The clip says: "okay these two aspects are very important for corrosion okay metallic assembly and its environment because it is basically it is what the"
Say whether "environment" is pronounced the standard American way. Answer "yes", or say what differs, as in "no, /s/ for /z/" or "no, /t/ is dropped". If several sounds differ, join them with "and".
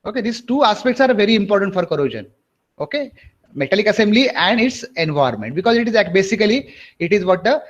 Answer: no, /ɹ/ is dropped